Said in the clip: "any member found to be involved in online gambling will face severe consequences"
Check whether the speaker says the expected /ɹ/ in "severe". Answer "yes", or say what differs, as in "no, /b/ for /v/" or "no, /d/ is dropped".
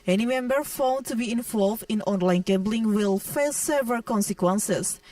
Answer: no, /l/ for /ɹ/